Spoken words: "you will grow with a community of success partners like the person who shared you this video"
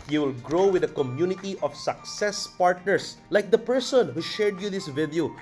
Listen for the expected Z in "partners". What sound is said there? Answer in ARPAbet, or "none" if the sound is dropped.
S